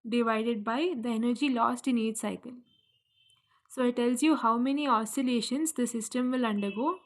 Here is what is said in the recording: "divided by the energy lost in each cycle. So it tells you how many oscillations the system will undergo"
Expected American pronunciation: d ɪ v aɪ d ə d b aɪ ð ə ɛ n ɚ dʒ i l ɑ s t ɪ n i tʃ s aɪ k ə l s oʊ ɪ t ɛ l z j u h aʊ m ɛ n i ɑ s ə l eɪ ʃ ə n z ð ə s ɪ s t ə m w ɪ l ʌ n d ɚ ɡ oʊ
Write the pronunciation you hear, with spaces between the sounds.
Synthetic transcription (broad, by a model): d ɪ v aɪ d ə d b aɪ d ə ɛ n ɚ dʒ i l ɑ s t ɪ n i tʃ s aɪ k ə l s oʊ ɪ t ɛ l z j u h aʊ m ɛ n i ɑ s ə l eɪ ʃ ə n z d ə s ɪ s t ə m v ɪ l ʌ n d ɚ ɡ oʊ